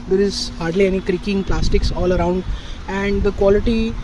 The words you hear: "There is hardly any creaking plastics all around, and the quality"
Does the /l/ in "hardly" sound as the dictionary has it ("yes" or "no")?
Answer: yes